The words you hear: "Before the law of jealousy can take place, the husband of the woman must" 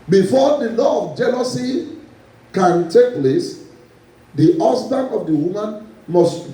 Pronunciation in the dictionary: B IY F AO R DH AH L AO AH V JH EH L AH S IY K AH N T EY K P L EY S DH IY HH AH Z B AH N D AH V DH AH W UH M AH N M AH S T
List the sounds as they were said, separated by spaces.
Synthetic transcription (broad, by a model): B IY F AO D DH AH L AO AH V JH EH L AH S IY K AH N T EY K P L EY S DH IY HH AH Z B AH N AH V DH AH W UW M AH N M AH S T